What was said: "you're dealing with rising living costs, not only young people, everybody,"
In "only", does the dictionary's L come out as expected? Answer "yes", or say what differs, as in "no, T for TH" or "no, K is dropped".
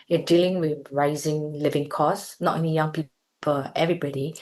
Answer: no, L is dropped